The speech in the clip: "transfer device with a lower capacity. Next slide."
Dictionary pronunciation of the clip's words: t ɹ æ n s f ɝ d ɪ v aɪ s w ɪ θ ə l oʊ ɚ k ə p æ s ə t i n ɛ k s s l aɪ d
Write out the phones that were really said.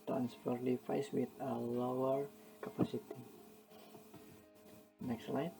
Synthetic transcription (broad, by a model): t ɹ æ n s f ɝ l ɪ f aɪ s w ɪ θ ə l oʊ ɚ k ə p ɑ s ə t i n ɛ k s s l aɪ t